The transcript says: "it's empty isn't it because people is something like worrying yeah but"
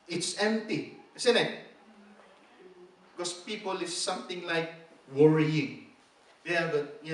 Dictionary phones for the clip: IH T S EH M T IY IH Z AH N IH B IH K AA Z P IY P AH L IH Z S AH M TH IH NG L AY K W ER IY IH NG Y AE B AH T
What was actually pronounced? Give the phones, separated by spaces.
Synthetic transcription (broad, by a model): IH T S EH M T IY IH S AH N IH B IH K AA S P IY P AH L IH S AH M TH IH NG L AY K W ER IY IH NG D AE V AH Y